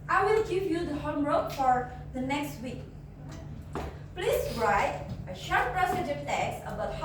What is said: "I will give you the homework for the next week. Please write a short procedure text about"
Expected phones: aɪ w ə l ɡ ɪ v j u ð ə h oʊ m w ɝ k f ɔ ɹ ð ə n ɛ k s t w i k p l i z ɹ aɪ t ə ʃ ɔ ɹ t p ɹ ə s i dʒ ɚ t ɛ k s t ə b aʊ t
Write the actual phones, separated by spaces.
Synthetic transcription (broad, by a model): aɪ w ə l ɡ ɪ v j u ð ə h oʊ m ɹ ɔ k f ɔ ɹ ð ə n ɛ k s t w i k p l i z ɹ aɪ t ə ʃ ɔ ɹ t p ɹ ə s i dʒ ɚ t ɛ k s ə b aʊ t